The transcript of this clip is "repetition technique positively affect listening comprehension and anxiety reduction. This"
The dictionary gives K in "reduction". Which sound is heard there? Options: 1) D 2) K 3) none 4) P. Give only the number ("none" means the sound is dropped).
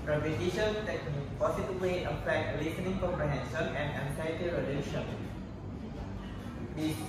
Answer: 3